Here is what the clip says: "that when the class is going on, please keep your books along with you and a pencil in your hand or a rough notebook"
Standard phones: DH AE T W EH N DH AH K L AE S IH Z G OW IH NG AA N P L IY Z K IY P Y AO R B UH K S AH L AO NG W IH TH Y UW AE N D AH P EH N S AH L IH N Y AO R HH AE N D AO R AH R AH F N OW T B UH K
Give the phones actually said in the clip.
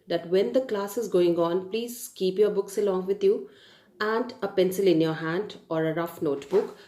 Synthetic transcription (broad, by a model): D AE T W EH N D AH K L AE S IH Z G OW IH NG AA N P L IY Z K IY P Y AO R B UH K S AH L AO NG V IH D Y UW AE N D AH P EH N S AH L IH N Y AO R HH AE N D AO R AH R AH F N OW T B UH K